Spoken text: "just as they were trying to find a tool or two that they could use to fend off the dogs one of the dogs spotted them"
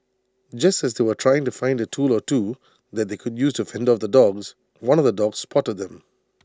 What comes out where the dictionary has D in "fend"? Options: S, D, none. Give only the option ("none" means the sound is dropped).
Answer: D